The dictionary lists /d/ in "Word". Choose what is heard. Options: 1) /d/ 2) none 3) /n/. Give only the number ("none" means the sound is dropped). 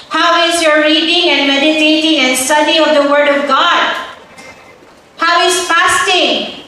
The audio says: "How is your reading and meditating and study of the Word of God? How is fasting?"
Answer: 1